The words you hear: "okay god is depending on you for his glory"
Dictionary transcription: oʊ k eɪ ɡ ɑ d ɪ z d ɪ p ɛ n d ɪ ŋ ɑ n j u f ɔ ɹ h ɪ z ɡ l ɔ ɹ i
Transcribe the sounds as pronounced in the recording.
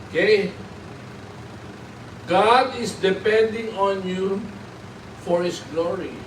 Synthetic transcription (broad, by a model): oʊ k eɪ ɡ ɑ d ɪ s d ɪ p ɛ n d ɪ ŋ ɑ n j u f ɔ ɹ h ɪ s ɡ l ɔ ɹ i